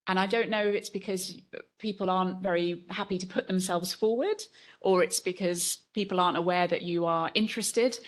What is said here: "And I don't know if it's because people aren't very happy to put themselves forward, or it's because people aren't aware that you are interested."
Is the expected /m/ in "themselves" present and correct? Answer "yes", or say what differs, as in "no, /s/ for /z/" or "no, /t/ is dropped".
yes